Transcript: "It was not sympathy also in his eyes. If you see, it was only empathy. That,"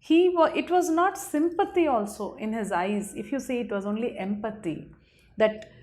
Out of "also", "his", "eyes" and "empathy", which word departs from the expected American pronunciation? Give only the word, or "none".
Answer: empathy